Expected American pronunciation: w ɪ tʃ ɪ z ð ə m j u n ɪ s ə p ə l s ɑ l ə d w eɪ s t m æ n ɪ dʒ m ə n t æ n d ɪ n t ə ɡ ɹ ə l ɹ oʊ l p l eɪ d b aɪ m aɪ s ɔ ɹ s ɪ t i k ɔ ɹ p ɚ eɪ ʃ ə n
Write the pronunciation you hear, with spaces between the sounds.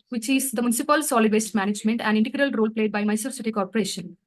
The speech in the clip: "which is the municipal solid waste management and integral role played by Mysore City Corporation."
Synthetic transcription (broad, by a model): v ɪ tʃ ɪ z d ə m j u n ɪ s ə p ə l s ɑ l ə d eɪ s t m æ n ɪ dʒ m ə n t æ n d ɪ n t ə ɡ ɹ ə l ɹ oʊ l p l eɪ d b aɪ m aɪ s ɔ s ɪ t i k ɔ ɹ p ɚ eɪ ʃ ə n